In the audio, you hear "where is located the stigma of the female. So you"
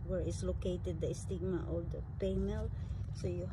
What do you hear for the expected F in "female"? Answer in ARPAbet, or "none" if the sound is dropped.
P